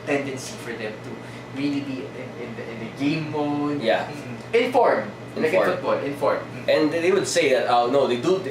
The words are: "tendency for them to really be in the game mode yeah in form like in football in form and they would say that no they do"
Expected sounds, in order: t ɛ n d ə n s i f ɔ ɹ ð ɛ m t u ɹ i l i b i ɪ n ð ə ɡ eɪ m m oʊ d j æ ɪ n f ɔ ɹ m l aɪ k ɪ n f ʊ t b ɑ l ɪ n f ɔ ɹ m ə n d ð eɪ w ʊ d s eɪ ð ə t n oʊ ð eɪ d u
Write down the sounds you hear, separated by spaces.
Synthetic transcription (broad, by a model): t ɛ n d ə n s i f ɔ ɹ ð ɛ m t u ɹ i l i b i ɪ n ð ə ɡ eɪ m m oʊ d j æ ɪ n f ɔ ɹ m n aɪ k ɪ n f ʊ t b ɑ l ɪ n f ɔ ɹ m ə n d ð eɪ w ʊ d s eɪ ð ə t n oʊ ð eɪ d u